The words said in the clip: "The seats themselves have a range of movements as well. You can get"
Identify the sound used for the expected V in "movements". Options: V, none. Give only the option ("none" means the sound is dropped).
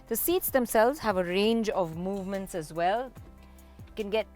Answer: V